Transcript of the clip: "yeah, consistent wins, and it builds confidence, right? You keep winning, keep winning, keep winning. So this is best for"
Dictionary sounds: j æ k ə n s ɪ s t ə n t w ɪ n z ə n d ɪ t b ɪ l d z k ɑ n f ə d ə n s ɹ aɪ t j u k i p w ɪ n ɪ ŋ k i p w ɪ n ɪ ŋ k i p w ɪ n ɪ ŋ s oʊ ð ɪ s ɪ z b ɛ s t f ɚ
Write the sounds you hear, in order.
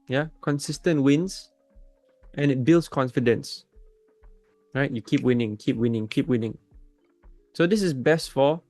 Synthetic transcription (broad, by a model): j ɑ k ə n s ɪ s t ə n t w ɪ n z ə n ɪ t b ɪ l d s k ɑ n f ə d ə n s ɹ aɪ t j u k i p w ɪ n ɪ ŋ k i p w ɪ n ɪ ŋ k i p w ɪ n ɪ ŋ s oʊ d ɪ s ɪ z b ɛ s t f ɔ